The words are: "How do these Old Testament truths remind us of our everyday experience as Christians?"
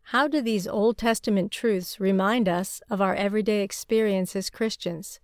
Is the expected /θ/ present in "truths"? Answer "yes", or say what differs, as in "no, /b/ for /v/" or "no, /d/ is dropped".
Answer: yes